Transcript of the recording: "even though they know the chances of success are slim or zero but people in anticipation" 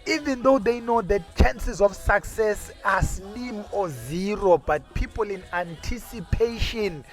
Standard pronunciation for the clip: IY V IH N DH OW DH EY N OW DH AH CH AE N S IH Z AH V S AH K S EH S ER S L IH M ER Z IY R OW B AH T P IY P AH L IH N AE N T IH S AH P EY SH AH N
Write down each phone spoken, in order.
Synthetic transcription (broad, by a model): IY V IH N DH OW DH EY N OW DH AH CH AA N S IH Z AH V S AH K S EH S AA S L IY M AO Z IY R OW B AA T P IY P AH L IH N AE N T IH S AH P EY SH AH N